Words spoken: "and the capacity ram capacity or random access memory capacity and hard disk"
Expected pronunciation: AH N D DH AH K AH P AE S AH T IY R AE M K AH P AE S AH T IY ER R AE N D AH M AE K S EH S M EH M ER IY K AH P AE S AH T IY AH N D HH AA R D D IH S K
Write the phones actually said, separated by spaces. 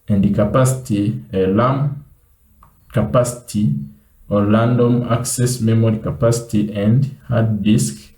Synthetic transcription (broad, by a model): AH N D K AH P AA S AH T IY L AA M K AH P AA S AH T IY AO L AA N D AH M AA K S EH S M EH M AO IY K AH P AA S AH T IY AH N D HH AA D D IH S K